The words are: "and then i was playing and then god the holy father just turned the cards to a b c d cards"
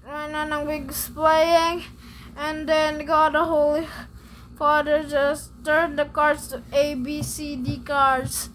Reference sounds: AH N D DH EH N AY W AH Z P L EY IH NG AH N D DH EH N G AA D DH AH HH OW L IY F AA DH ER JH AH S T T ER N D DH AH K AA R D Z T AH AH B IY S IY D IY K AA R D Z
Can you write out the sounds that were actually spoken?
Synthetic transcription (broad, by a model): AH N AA N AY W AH S P L EY IH NG AH N D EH N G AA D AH HH OW L IY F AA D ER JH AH S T T ER N D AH K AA R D S T AH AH B IY S IY D IY K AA R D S